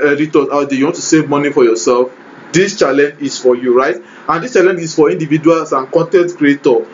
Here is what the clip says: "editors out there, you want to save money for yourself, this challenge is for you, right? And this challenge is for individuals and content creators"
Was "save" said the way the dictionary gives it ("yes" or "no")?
yes